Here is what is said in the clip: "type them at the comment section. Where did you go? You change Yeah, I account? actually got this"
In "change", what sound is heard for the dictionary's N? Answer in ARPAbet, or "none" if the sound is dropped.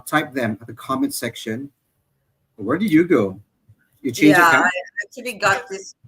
none